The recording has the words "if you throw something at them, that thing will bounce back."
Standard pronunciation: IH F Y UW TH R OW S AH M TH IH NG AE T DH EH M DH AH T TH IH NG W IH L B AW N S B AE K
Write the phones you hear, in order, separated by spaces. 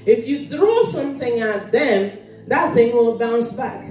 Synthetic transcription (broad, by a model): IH F Y UW TH R OW S AH M TH IH NG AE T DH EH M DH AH T TH IH NG W IH L B AW N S B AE K